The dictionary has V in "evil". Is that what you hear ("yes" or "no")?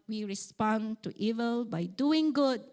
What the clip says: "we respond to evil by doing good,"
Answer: yes